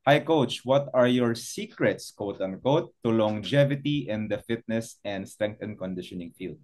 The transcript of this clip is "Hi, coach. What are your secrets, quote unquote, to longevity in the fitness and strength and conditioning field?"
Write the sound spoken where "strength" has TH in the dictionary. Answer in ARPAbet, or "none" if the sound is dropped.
T